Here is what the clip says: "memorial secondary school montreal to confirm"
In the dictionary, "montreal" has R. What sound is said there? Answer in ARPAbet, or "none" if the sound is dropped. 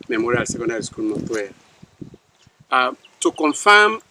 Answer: W